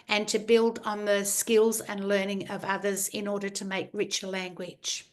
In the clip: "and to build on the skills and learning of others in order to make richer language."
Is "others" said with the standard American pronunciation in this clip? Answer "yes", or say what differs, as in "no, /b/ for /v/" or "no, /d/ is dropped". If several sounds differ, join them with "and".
yes